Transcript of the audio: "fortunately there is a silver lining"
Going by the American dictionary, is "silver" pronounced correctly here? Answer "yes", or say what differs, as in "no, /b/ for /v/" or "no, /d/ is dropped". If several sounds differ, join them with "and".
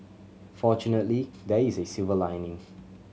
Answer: no, /l/ is dropped